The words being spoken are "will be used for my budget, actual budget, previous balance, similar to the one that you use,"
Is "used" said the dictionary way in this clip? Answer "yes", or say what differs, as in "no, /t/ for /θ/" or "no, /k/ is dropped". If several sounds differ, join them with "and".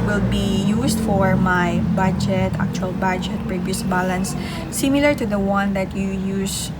no, /s/ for /z/